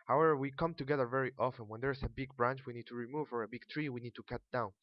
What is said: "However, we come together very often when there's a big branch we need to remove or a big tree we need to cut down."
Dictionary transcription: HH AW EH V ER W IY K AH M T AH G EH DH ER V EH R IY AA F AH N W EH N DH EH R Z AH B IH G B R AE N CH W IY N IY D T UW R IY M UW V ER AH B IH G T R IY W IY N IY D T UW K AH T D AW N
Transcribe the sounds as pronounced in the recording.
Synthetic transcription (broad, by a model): HH AW EH V ER W IY K AH M T AH G EH DH ER V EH R IY AA F AH N W EH N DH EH R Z AH B IH G B R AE N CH W IY N IY D T UW R IY M UW V ER AH B IH G T R IY W IY N IY D T UW K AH T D AW N